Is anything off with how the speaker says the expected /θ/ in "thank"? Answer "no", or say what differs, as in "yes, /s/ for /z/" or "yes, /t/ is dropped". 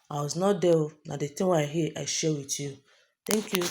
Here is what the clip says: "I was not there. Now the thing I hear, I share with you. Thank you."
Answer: yes, /t/ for /θ/